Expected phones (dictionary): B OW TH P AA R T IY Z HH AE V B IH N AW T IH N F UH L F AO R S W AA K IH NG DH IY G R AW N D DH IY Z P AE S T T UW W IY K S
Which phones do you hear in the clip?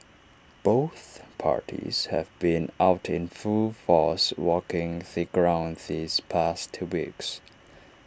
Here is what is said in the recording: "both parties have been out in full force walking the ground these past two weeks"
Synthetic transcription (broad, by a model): B OW TH P AA R T IY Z HH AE V B IH N AW T IH N F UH L F AO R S W AA K IH NG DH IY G R AW N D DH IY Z P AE S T T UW W IY K S